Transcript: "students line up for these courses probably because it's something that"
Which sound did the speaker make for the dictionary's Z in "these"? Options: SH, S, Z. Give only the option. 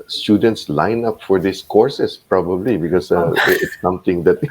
S